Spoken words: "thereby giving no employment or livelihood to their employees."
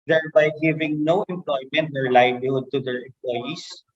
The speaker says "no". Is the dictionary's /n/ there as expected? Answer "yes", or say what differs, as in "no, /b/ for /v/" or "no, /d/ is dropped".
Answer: yes